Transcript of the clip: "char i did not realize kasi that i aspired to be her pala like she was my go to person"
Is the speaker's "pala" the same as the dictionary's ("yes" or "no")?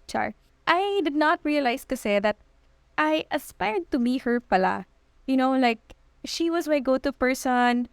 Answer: no